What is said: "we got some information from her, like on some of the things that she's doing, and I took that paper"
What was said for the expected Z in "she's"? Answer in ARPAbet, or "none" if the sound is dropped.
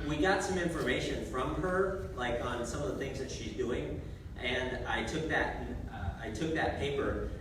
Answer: Z